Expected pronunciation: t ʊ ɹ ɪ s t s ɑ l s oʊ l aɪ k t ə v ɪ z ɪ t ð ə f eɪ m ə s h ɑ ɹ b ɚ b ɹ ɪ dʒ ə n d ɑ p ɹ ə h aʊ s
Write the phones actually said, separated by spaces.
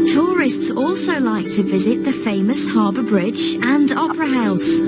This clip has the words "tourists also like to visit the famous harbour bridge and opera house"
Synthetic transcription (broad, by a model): t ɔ ɹ ɪ s t s ɑ l s oʊ l aɪ k t ə v ɪ z ɪ t ð ə f eɪ m ə s h ɑ b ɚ b ɹ ɪ dʒ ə n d ɑ p ɹ ə h aʊ s